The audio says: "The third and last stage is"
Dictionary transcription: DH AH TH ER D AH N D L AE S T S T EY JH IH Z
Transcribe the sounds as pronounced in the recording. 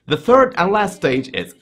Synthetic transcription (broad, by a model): DH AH TH ER D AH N L AE S T S T EY JH IH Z